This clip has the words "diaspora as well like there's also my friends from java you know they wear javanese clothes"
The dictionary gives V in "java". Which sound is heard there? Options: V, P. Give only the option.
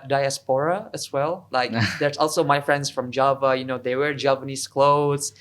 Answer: V